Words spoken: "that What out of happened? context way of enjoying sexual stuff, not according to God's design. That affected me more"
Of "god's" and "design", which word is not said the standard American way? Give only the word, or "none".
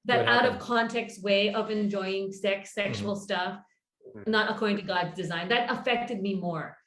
none